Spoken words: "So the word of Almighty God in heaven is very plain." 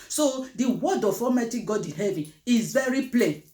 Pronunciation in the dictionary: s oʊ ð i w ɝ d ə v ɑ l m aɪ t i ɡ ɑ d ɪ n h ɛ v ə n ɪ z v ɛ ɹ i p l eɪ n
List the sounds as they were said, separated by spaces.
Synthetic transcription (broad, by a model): s oʊ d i w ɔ d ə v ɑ m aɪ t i ɡ ɑ d ɪ n h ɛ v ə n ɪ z v ɛ ɹ i p l eɪ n